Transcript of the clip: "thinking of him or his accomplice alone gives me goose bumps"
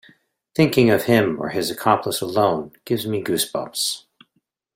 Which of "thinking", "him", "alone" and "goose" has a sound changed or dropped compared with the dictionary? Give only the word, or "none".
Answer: none